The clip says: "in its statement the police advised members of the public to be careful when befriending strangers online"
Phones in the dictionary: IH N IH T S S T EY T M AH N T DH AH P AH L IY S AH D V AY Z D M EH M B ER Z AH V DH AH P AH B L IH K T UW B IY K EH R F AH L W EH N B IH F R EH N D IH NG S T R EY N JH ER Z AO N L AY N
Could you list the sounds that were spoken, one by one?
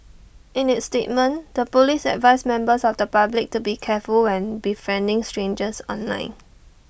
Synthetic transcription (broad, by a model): IH N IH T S S T EY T M AH N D AH P AH L IY S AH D V AY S M EH M B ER S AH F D AH P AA B L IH K T UW B IY K EH F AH L W EH N B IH F EH N D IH NG S T R EY N JH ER S AO N L AY N